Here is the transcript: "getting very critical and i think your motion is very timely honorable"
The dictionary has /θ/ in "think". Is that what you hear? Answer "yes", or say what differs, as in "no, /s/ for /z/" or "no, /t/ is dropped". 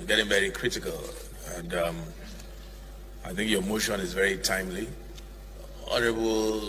yes